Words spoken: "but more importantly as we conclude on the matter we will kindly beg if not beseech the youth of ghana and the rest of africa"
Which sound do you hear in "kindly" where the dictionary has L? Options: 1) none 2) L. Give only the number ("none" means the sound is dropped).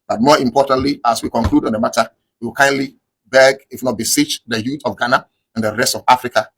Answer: 2